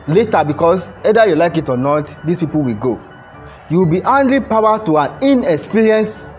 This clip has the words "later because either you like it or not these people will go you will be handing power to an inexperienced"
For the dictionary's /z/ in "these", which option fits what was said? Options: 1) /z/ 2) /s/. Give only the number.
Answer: 2